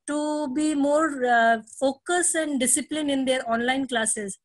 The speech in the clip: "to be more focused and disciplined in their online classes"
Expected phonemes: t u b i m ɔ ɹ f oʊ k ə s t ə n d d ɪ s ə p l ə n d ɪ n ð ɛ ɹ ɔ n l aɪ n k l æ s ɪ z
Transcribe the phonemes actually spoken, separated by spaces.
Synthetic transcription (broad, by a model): t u b i m ɔ ɹ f oʊ k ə s ə n d d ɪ s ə p l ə n ɪ n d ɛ ɹ ɔ n l aɪ n k l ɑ s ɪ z